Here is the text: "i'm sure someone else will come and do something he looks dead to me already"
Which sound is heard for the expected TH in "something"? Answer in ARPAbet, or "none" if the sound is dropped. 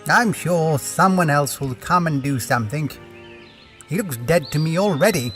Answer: TH